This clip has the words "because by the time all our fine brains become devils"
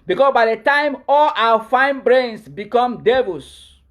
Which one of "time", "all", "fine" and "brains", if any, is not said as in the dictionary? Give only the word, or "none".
brains